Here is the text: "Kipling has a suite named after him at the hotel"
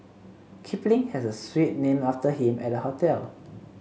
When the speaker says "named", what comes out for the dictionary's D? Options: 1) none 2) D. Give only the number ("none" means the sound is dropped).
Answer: 1